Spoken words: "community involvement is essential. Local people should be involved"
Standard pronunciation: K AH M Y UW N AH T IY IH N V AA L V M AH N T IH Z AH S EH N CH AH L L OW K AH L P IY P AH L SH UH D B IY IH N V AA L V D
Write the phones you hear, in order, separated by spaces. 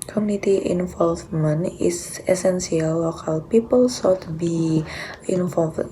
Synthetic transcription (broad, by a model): K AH M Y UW N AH T IY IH N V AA L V M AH N IH S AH S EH N S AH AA L OW K AH L P IY P AH L S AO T B IY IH N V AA L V